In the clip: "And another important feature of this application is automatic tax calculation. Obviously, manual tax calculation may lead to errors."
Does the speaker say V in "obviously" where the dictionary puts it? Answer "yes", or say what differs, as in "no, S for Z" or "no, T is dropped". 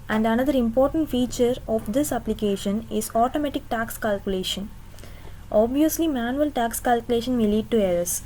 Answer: yes